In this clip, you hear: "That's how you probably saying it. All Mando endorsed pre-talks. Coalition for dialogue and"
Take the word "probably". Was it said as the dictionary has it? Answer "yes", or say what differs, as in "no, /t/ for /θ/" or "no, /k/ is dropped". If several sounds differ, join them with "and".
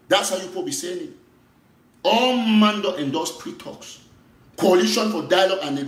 no, /ɹ/ is dropped and /l/ is dropped